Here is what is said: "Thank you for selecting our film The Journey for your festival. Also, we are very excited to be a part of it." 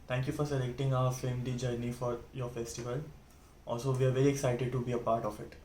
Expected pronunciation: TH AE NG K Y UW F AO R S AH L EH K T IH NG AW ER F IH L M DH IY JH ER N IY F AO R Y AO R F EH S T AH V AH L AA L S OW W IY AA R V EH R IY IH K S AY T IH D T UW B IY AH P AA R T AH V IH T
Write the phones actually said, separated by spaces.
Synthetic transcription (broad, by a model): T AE NG K Y UW F AO R S AH L EH K T IH NG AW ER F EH M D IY JH ER N IY F AO R Y AO R F EH S T AH V AH L AA L S OW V IY AA R V EH R IY IH K S AY T IH D T UW B IY AH P AA R T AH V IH T